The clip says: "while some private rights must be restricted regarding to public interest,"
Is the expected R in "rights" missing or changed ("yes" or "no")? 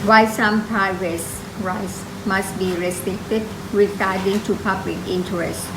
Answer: no